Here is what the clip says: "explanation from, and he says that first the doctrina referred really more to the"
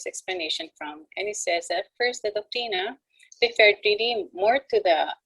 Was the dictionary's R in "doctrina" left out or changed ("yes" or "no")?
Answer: yes